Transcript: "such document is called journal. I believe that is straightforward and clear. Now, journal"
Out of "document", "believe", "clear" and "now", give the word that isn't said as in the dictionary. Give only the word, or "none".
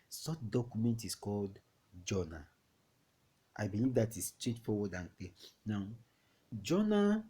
clear